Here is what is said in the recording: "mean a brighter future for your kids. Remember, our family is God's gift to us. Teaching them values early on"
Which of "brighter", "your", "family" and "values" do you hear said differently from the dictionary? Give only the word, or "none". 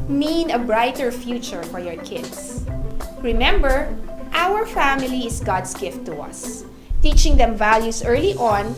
values